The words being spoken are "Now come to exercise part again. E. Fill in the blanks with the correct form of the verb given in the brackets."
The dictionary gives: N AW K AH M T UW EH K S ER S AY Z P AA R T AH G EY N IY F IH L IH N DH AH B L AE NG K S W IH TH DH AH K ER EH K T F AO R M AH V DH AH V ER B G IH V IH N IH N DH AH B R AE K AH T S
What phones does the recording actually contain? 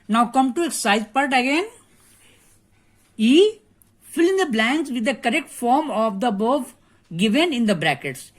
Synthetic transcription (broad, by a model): N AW K AH M T UW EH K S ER S AY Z P AA R T AH G EY N IY F IH L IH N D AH B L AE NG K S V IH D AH K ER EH K T F AO R M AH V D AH B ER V G IH V IH N IH N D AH B R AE K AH T S